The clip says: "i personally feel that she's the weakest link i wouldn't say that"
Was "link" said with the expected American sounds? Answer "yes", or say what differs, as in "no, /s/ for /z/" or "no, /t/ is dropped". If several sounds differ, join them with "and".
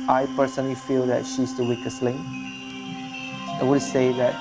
no, /k/ is dropped